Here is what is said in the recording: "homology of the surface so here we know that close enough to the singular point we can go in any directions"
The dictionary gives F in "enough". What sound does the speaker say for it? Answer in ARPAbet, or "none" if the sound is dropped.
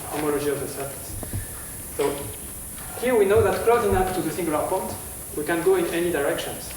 P